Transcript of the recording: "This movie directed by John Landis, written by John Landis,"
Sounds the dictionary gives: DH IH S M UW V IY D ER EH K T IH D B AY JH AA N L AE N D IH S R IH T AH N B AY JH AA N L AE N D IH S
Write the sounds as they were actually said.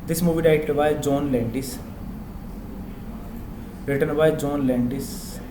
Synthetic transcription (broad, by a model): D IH S M UW V IY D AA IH T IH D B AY JH AA N L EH N D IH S R IH T AH N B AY JH AA N L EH N D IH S